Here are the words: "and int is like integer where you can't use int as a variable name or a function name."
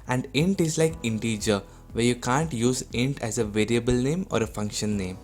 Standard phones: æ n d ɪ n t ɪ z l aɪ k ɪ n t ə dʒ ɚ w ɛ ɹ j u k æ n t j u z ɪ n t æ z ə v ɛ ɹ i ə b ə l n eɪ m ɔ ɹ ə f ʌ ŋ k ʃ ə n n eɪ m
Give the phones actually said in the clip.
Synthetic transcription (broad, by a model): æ n d ɪ n t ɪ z l aɪ k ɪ n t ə dʒ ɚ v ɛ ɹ j u k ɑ n t j u z ɪ n t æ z ə v ɛ ɹ i ə b ə l n eɪ m ɔ ɹ ə f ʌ ŋ k ʃ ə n n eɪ m